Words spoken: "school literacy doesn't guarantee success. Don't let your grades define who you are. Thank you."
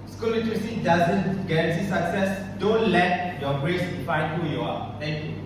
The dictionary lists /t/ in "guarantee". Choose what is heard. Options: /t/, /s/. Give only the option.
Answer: /s/